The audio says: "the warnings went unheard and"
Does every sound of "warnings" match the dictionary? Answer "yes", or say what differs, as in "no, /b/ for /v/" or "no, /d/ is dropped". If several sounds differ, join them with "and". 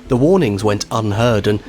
yes